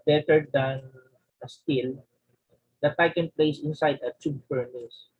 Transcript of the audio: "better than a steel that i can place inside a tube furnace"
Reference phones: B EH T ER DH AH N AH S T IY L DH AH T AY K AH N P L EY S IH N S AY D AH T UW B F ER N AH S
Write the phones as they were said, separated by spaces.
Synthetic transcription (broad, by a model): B EH T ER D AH N AH S T IY L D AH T AY K AH N P L EY S IH N S AY D AH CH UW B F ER N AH S